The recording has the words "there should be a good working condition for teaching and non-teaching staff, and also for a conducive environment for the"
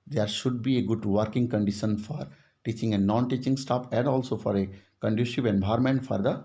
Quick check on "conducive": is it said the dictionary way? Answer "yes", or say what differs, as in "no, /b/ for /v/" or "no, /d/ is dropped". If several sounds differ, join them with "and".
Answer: no, /ʃ/ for /s/